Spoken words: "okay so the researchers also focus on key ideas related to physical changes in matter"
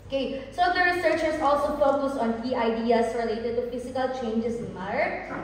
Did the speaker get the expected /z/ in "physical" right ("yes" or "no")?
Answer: no